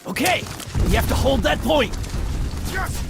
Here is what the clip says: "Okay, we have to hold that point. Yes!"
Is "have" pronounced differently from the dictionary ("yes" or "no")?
yes